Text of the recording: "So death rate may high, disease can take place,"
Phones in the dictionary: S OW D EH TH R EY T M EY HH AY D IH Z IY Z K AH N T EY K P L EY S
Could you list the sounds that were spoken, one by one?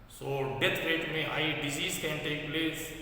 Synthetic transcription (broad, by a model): S OW D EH T R EY T M EY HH AY D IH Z IY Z K AH N T EY K P L EY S